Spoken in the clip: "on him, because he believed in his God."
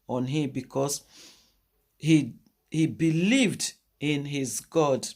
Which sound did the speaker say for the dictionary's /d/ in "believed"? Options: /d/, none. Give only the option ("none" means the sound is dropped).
/d/